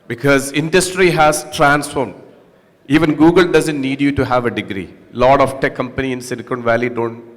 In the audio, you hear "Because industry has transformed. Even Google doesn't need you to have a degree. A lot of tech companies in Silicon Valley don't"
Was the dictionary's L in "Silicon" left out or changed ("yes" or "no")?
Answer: yes